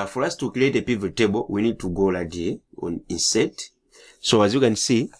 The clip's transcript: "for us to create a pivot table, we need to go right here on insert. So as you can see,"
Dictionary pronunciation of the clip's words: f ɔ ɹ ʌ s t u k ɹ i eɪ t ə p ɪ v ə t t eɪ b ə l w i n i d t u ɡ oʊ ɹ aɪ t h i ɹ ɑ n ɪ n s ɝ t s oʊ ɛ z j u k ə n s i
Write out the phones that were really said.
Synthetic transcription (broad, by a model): f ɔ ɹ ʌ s t u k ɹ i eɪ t ə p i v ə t t eɪ b ə l w i n i d t u ɡ oʊ l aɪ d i ɑ n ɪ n s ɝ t s oʊ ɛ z j u k ə n s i